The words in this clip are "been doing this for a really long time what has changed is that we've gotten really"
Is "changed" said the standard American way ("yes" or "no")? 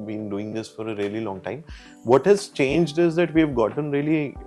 yes